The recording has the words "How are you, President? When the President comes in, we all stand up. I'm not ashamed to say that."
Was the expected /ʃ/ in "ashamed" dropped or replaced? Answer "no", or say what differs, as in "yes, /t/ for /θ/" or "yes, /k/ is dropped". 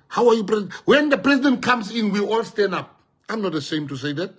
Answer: yes, /s/ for /ʃ/